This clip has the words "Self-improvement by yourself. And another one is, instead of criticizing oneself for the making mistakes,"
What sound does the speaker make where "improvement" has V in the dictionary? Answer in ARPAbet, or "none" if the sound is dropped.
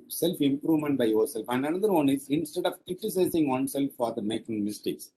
V